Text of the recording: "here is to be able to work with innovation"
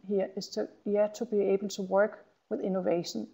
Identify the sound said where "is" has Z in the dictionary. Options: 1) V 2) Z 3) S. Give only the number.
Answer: 3